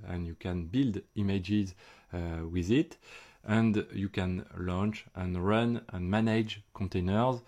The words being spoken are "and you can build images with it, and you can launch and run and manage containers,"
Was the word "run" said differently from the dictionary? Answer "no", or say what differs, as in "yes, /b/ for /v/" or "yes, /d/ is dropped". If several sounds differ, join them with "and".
no